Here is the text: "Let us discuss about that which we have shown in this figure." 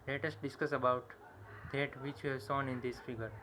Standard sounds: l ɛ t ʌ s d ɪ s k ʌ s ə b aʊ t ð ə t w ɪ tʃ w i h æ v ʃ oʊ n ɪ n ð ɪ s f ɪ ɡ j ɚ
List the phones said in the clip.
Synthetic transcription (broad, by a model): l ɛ t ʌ s d ɪ s k ʌ s ə b aʊ t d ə t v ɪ tʃ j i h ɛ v s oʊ n ɪ n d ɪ s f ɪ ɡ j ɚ